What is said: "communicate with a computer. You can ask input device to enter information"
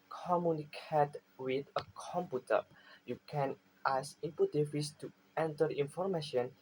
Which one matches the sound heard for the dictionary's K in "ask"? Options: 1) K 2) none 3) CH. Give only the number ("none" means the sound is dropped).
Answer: 2